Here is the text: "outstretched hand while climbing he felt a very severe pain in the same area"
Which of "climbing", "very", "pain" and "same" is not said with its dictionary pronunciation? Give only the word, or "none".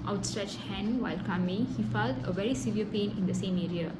climbing